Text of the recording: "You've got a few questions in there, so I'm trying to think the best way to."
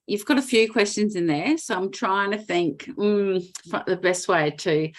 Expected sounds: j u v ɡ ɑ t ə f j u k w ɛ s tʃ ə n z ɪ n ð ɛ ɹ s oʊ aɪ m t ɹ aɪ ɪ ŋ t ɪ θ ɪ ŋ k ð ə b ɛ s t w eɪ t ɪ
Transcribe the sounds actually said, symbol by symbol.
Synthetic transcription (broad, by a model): j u v ɡ ɑ t ə f j u k w ɛ s tʃ ə n z ɪ n ð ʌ ɹ s oʊ aɪ m t ɹ aɪ ɪ ŋ t ɪ θ ɪ ŋ k ð ə b ɛ s t w eɪ t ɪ